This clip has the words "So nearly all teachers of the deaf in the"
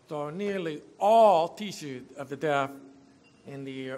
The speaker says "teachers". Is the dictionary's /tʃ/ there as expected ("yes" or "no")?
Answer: no